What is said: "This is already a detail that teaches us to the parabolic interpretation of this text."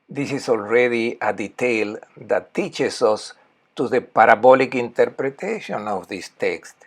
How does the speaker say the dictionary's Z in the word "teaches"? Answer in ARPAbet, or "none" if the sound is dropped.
S